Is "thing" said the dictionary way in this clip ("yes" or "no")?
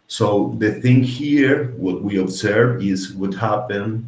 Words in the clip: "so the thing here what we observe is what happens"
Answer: yes